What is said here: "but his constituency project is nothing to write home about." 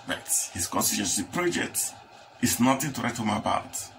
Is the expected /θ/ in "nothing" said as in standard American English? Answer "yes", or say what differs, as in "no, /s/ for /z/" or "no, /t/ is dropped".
no, /t/ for /θ/